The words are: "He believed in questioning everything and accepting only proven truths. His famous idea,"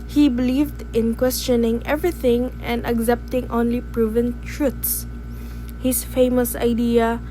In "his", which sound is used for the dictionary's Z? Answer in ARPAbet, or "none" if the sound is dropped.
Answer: S